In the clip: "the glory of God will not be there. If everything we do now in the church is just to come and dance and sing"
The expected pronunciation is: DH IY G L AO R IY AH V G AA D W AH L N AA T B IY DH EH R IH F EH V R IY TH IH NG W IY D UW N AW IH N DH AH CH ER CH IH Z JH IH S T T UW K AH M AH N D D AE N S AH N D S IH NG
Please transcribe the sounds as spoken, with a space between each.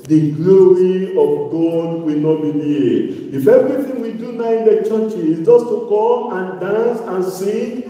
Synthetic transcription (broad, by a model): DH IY G L AO R IY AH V G AA D W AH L N AA T B IY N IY IH F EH V R IY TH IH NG W IY D UW N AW IH N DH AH CH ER CH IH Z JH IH S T T UW K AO M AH N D D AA N S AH N S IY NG